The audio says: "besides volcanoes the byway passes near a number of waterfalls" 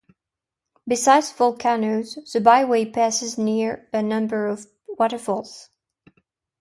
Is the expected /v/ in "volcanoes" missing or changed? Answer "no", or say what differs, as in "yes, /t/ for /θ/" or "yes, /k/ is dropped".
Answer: yes, /f/ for /v/